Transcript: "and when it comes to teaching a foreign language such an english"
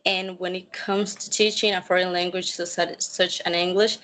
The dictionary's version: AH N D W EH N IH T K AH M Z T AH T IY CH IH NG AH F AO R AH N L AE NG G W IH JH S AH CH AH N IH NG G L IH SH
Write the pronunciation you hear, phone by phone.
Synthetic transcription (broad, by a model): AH N W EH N IH T K AH M Z T AH T IY CH IH NG AH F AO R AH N L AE NG G W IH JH S AH CH AH N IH NG G L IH SH